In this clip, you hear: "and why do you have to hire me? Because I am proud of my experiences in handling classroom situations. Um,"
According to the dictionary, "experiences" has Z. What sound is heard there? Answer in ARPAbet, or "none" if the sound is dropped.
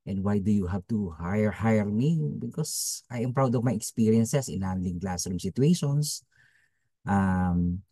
S